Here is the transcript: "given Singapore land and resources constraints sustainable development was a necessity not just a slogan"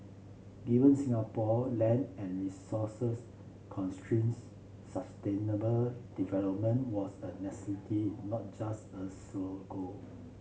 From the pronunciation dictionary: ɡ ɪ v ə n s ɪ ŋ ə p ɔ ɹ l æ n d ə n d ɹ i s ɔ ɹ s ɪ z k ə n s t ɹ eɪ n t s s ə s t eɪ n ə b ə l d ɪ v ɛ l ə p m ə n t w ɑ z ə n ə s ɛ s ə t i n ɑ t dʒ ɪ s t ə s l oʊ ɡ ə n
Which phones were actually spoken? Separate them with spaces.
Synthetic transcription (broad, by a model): ɡ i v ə n s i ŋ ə p ɔ l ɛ n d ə n ɹ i s ɔ s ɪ s k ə n s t ɹ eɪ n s s ə s t eɪ n ə b ə l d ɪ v ɛ l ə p m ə n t w ɑ s ə n ə s ɛ s ə t i n ɑ t dʒ ɪ s t ə s oʊ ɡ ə